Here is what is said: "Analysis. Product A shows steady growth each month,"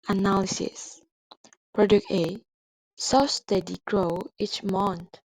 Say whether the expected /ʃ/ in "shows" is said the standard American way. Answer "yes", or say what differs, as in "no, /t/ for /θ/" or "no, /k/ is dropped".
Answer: no, /s/ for /ʃ/